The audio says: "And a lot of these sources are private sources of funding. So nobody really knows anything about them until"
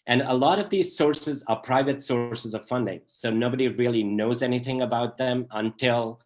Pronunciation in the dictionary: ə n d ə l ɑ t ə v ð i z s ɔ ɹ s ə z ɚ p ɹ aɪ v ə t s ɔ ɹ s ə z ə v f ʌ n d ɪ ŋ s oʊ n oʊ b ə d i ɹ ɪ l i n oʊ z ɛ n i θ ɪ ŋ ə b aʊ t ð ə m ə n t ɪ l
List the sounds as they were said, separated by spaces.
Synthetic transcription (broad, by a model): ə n ə l ɑ t ə v ð i z s ɔ ɹ s ə z ɚ p ɹ aɪ v ə t s ɔ ɹ s ə z ə v f ʌ n d ɪ ŋ s oʊ n oʊ b ə d i ɹ ɪ l i n oʊ z ɛ n i θ ɪ ŋ ə b aʊ t ð ə m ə n t ɪ l